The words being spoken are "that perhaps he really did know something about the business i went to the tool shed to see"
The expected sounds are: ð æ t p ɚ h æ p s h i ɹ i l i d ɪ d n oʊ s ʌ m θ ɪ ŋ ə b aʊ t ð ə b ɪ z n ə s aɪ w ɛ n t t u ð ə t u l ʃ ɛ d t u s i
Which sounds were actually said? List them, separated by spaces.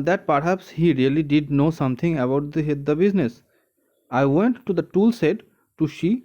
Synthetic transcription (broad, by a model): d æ t p ɚ h æ p s h i ɹ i l i d ɪ d n oʊ s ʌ m t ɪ ŋ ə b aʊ t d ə b ɪ z n ə s aɪ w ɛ n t t u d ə t u l s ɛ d t u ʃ i